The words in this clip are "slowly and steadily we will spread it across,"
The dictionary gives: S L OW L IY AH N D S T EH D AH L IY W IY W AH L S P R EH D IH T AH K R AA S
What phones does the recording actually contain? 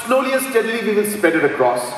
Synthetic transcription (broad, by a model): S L OW L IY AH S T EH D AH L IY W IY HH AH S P EH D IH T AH K R AA S